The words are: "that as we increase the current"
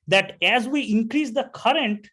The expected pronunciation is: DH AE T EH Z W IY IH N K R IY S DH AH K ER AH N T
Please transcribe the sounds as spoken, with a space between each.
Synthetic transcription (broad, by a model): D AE T EH Z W IY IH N K R IY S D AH K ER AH N T